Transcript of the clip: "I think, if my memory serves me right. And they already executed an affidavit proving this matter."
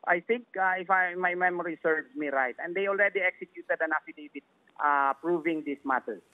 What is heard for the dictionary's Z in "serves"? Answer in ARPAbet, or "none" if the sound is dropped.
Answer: none